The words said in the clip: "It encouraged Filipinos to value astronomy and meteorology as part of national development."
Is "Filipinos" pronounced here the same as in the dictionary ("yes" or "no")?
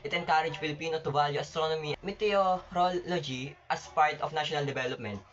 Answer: no